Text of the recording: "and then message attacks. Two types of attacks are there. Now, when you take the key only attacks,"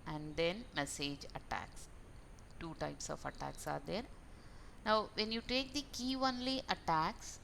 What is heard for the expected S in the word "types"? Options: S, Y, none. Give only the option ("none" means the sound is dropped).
S